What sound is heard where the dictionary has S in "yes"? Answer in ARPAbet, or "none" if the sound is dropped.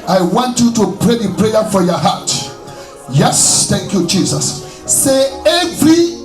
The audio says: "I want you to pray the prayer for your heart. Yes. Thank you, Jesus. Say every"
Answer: S